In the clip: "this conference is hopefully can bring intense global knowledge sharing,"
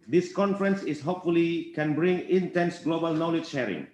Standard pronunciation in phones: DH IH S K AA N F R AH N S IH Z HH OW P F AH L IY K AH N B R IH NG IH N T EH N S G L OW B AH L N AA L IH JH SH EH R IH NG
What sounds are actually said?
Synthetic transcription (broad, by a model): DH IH S K AA N F R AH N S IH S HH OW P F AH L IY K AH N B R IH NG IH N T EH N S G L OW B AH L N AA L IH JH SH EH R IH NG